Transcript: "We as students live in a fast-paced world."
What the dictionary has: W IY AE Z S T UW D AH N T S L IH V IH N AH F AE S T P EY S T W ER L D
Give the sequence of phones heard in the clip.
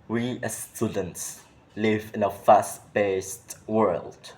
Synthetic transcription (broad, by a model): W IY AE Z S T UW D AH N T S L IH V IH N AH F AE S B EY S T W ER L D